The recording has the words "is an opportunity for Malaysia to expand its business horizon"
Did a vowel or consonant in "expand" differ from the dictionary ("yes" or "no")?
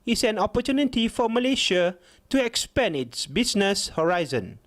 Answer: yes